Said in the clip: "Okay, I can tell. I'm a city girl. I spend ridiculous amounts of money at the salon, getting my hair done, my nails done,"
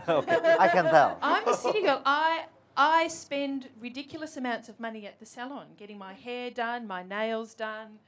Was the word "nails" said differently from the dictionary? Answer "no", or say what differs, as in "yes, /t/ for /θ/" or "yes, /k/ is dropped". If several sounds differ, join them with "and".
no